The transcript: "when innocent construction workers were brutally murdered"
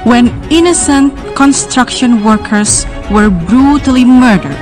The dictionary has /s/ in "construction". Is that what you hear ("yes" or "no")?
yes